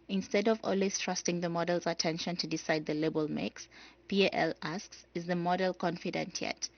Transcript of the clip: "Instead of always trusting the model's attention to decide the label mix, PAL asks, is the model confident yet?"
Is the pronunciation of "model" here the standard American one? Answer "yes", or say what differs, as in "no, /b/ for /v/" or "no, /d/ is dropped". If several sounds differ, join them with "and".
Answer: yes